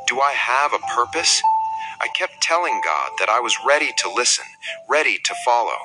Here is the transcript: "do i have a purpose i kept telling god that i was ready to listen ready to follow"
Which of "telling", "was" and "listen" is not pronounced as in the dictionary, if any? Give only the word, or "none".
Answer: none